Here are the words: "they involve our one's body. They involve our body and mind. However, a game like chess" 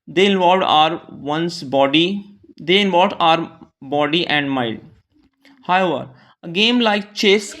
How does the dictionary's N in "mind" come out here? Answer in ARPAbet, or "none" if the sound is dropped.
L